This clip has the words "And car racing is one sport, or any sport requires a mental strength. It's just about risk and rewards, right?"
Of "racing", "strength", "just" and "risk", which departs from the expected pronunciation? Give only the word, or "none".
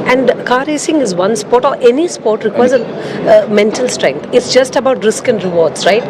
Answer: strength